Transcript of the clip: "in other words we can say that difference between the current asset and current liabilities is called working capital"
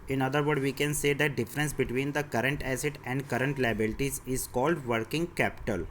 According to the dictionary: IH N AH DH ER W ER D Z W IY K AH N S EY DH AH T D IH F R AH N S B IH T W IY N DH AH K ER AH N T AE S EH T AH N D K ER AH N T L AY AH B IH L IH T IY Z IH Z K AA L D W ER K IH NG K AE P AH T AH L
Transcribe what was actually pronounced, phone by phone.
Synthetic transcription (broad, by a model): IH N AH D ER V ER D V IY K AH N S EY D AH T D IH F R AH N S B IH T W IY N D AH K ER AH N T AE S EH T AH N D K ER AH N T L AY AH B IH L IH T IY Z IH Z K AA L D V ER K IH NG K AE P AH T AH L